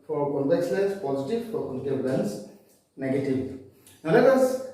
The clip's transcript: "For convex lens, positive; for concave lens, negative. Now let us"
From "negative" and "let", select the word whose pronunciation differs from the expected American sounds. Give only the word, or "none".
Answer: let